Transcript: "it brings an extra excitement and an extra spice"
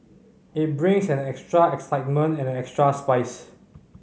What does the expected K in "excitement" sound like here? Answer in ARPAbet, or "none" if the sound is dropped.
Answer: K